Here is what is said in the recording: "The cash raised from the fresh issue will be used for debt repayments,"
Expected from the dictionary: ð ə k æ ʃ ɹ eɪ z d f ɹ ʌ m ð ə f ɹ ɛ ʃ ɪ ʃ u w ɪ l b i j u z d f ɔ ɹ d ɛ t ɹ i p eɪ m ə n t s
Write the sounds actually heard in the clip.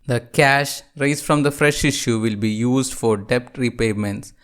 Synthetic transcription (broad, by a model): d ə k æ ʃ ɹ eɪ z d f ɹ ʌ m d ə f ɹ ɛ ʃ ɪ ʃ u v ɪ l b i j u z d f ɔ ɹ d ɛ t ɹ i p eɪ m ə n t s